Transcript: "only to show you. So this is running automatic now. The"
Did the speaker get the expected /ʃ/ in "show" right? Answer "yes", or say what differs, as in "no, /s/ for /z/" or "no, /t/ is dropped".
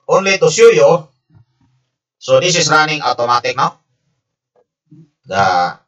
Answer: no, /s/ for /ʃ/